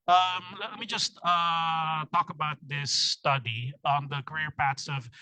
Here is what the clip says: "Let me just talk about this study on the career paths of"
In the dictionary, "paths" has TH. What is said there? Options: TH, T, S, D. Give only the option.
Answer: T